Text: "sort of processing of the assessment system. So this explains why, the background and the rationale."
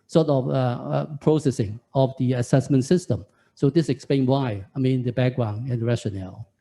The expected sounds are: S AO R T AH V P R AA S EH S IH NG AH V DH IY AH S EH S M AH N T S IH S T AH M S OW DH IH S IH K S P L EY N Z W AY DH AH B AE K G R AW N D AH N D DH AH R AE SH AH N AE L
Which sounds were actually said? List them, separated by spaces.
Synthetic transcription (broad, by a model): S AO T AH F P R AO S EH S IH NG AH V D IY AH S EH S M AH N T S IH S T AH M S OW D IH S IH K S P L EY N W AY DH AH B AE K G R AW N AH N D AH R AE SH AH N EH L